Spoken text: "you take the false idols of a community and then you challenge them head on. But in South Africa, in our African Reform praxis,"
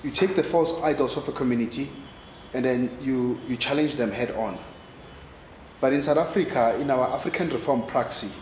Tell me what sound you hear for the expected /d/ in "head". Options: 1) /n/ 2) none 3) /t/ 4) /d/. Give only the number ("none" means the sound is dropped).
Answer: 4